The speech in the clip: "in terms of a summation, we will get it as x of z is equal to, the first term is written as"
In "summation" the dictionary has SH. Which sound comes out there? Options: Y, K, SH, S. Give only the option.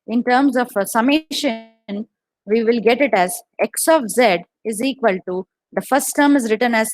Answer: SH